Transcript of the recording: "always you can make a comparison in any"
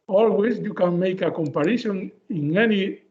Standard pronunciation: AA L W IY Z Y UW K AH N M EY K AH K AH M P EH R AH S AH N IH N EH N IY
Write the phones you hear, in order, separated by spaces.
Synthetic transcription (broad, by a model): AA L W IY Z Y UW K AH N M EY K AH K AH M P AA R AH SH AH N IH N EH N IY